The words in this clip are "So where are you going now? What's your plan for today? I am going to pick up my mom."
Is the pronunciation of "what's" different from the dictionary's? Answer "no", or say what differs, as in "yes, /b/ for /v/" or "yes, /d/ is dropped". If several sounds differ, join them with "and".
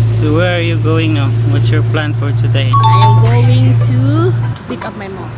yes, /s/ is dropped